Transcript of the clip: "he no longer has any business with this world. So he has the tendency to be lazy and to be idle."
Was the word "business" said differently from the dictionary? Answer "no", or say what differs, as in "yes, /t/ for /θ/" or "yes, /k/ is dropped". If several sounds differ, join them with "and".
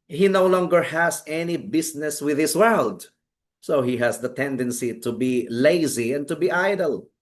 yes, /s/ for /z/